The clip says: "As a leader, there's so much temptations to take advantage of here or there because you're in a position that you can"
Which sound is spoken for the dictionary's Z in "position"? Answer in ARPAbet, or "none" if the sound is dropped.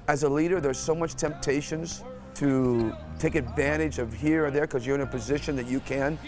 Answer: Z